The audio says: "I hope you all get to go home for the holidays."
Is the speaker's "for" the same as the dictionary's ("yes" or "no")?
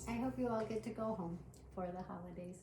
yes